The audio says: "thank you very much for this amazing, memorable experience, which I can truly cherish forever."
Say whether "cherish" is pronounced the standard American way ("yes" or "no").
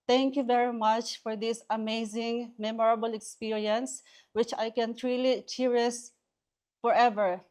no